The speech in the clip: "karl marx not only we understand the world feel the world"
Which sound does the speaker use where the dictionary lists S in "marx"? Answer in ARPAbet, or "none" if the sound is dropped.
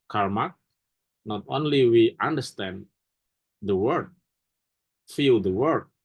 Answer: none